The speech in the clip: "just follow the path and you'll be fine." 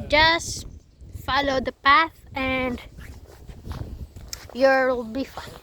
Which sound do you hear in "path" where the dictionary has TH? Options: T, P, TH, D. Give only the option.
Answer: TH